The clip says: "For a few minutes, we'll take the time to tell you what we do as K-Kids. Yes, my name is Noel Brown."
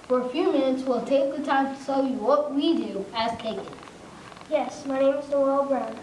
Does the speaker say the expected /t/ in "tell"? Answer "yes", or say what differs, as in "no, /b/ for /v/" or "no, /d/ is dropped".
no, /s/ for /t/